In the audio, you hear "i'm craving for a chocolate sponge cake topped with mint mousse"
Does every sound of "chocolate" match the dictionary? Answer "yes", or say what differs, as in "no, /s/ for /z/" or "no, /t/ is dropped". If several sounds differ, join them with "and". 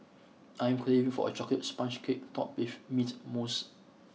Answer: no, /l/ is dropped